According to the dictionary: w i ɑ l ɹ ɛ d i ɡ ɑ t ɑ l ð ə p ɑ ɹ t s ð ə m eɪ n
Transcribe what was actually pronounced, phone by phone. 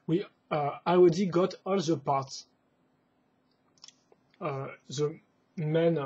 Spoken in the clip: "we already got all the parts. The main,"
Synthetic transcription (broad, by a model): w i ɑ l w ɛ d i ɡ ɑ t ɑ l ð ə p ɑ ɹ t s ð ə m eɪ n